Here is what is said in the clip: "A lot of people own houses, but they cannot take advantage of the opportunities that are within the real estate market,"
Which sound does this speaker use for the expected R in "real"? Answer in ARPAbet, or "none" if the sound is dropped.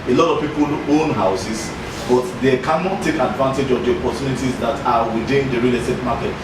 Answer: R